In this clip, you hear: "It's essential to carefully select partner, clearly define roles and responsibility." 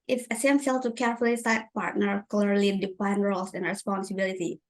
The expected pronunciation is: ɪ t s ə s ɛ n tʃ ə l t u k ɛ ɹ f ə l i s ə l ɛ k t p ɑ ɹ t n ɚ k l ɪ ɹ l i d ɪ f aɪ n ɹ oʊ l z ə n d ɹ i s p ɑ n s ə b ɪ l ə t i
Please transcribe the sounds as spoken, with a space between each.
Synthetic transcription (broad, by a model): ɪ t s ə s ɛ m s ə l t u k ɛ ɹ f ə l i s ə ɪ t p ɑ ɹ t n ɚ k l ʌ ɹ l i d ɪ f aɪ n ɹ oʊ l s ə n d ɹ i s p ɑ n s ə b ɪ l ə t i